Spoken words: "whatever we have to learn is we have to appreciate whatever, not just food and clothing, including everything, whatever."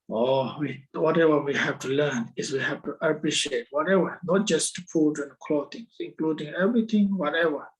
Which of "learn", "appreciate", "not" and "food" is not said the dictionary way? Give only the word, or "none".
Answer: food